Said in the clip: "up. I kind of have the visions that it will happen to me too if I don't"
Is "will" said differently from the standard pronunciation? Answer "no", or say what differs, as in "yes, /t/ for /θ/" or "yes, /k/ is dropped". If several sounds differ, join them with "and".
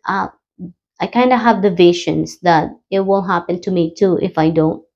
yes, /n/ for /l/